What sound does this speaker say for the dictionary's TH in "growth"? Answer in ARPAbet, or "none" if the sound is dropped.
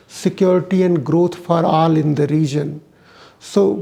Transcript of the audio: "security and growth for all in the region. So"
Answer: T